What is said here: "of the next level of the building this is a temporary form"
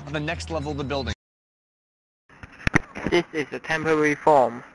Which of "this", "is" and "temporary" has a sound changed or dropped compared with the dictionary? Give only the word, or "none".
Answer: none